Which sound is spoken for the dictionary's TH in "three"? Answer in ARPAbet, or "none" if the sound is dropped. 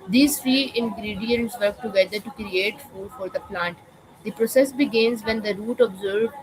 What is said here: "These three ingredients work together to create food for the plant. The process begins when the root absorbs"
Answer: F